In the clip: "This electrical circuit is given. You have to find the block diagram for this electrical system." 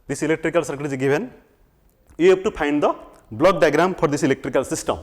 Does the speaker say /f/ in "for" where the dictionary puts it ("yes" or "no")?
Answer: no